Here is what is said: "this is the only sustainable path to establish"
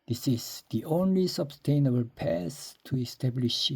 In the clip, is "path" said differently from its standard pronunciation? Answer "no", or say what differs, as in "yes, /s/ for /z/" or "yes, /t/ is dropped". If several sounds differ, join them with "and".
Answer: yes, /s/ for /θ/